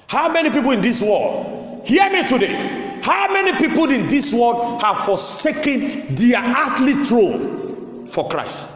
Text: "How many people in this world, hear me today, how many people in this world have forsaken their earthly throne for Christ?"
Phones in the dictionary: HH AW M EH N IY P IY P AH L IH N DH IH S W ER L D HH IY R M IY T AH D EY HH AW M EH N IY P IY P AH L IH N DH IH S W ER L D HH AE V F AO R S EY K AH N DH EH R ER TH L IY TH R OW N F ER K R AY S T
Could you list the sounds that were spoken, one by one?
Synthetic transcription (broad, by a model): HH AW M EH N IY P IY P AH L IH N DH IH S W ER L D HH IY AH M IY T AH D EY HH AW M EH N IY P IY P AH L IH N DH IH S W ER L D HH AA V F AO S EY K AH N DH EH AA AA T L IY T R OW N F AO K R AY S T